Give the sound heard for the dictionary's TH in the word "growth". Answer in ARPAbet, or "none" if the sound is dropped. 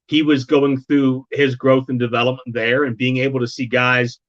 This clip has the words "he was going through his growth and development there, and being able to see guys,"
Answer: TH